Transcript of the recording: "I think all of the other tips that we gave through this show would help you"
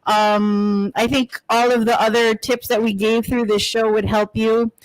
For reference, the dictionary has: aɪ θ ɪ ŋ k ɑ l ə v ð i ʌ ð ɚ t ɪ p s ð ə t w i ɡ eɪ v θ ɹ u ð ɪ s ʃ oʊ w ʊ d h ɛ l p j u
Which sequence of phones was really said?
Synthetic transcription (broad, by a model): aɪ θ ɪ ŋ k ɑ l ə v ð i ʌ ð ɚ t ɪ p s ð ə t w i ɡ eɪ v θ ɹ u ð ɪ s ʃ oʊ w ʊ d h ɛ l p j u